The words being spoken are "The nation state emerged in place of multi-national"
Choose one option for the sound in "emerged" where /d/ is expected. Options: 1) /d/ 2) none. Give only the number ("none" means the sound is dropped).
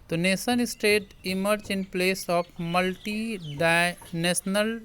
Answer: 2